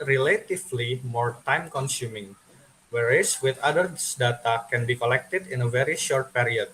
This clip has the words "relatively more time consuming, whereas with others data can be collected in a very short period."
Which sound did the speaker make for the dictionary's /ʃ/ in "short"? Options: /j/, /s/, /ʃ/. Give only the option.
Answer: /ʃ/